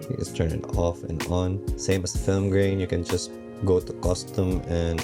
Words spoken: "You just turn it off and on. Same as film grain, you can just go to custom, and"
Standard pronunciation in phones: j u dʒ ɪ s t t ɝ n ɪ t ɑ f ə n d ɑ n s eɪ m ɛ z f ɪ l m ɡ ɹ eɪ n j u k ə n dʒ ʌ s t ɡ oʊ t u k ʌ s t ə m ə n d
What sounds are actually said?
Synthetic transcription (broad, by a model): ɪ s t t ɝ n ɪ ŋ ɑ f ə n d ɑ n s eɪ m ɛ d f ɪ l m ɡ ɹ eɪ n j u k ə n dʒ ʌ s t ɡ oʊ t u k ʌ s t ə m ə n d